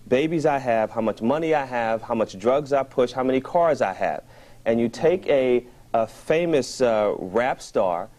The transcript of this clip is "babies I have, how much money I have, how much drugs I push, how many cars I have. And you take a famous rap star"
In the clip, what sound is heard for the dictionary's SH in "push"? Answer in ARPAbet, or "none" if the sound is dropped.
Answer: SH